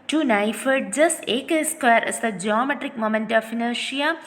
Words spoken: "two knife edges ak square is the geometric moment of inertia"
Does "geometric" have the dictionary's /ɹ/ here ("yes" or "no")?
yes